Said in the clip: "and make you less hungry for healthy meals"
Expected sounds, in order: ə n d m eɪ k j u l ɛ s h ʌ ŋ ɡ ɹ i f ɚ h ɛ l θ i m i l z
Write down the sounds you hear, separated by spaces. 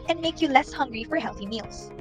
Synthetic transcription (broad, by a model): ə n m eɪ k j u l ɛ s h ʌ ŋ ɡ ɹ i f ɚ h ɛ l θ i m i l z